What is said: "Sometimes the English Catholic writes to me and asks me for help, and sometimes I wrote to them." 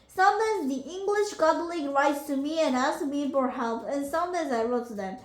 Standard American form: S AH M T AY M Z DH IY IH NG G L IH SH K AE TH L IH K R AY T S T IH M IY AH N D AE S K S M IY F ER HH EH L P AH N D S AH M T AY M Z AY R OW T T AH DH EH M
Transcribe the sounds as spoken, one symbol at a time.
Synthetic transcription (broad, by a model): S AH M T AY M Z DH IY IH NG G L IH SH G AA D L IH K R AY T S T IH M IY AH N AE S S M IY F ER HH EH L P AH N S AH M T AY Z AY R OW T T AH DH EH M